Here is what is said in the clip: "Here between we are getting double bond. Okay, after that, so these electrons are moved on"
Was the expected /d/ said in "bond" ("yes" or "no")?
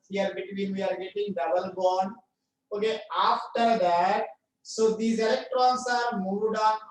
no